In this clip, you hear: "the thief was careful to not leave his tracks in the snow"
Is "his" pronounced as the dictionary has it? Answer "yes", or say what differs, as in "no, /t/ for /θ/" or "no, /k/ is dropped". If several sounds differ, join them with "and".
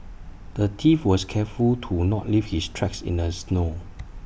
no, /s/ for /z/